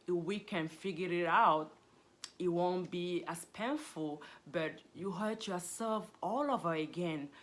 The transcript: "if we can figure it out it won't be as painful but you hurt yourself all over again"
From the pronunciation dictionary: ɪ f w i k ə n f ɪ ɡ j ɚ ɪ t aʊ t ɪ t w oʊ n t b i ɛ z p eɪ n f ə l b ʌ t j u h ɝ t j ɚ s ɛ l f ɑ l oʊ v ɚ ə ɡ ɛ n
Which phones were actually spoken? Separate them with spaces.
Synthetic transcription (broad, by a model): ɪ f w i k ə n f ɪ ɡ j ɚ ɪ t aʊ t ɪ t w oʊ n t b i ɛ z p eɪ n f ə l b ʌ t j u h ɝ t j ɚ s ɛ l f ɑ l oʊ v ɚ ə ɡ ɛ n